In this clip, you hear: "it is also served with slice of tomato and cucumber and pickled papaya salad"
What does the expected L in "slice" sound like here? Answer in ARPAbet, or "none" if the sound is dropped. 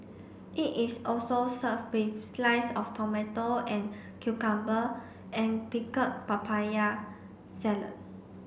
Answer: L